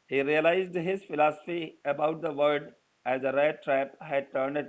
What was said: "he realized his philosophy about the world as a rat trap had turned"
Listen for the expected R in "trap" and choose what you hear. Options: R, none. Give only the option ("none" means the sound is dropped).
R